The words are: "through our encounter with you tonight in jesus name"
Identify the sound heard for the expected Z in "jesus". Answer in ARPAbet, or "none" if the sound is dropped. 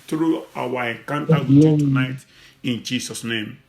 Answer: S